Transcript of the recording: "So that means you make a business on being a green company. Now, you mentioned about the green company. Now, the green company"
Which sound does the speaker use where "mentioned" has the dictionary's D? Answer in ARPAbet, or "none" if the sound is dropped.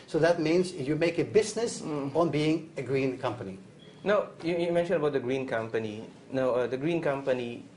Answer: none